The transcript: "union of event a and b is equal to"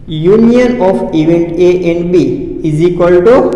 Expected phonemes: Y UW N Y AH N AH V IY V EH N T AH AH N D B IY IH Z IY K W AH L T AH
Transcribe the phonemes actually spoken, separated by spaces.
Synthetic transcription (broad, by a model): Y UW N Y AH N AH P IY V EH N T AH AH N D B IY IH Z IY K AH L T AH